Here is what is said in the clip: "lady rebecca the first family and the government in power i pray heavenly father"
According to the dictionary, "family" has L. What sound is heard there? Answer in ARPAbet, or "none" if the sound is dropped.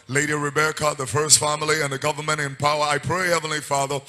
L